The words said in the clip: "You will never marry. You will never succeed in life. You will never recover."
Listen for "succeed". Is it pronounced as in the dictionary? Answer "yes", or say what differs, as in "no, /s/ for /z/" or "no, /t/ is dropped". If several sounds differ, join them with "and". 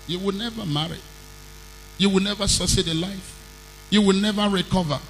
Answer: no, /k/ is dropped